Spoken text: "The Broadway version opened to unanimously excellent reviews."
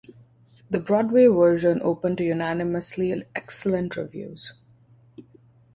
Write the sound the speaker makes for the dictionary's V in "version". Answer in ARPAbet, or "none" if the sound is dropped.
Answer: V